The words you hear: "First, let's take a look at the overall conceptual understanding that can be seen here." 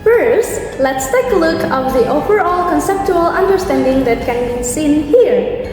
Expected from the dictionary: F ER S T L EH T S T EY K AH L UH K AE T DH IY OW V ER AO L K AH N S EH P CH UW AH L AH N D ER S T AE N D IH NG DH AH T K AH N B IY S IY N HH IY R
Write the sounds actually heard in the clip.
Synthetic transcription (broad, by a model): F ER S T L EH T S T EY K AH L UH K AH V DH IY OW V ER AO L K AH N S EH P CH UW AH L AH N D ER S T AE N D IH NG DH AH T K AH N B IY S IY N HH IY R